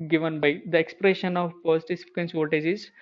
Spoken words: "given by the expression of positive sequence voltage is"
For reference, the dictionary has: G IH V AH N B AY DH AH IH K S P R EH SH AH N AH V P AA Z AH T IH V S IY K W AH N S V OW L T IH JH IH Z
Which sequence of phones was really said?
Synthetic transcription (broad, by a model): G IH V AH N B AY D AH IH K S P R EH SH AH N AH V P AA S T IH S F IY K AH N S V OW T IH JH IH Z